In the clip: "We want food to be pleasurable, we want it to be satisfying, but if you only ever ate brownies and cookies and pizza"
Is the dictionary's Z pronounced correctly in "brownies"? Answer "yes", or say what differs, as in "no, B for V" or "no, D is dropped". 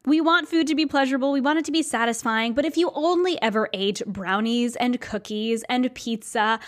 yes